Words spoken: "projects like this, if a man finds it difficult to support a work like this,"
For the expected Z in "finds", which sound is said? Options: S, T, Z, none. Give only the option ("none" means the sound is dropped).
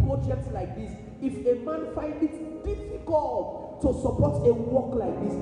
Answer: none